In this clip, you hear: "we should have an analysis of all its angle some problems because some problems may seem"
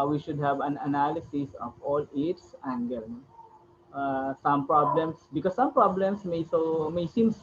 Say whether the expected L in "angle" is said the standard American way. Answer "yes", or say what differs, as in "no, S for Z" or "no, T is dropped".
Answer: no, N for L